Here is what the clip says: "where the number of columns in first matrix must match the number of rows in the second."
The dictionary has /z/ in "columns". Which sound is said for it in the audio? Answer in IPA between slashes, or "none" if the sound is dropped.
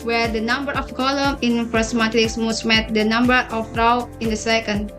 none